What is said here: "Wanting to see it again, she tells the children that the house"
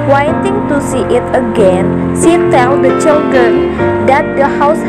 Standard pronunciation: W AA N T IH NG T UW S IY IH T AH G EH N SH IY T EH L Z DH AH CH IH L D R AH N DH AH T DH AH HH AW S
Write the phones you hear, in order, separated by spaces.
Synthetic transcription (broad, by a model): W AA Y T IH NG T UW S IY IH T AH G EH N S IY T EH L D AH CH IH L D R AH N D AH T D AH HH AW S